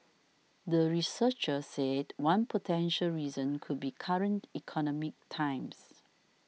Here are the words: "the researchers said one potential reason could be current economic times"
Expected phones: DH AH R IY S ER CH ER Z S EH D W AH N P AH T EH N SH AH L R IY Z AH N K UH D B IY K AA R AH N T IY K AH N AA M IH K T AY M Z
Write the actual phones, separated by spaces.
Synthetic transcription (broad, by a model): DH AH R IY S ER CH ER S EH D W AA N P AH T EH N SH AH L R IY Z AH N K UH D B IY K AA R AH N T IY K AH N AA M IH K T AY M S